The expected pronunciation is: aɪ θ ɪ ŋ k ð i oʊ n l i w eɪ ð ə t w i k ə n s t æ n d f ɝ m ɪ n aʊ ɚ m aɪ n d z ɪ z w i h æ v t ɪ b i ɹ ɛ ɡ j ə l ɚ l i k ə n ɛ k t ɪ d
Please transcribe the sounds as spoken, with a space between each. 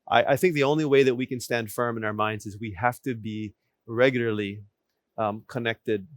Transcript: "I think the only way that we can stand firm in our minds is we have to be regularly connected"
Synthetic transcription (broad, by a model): aɪ θ ɪ ŋ k ð i oʊ n l i w eɪ ð ə t w i k ə n s t æ n d f ɝ m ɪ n aʊ ɚ m aɪ n d z ɪ z w i h æ f t ɪ b i ɹ ɛ ɡ j l ɚ l i k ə n ɛ k t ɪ d